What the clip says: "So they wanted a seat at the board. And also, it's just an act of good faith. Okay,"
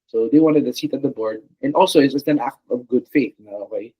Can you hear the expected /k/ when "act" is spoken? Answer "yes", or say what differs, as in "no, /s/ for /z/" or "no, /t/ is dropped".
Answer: yes